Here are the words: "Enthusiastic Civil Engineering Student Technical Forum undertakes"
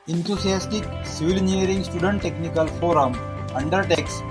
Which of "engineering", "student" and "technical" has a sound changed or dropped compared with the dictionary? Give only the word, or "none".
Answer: engineering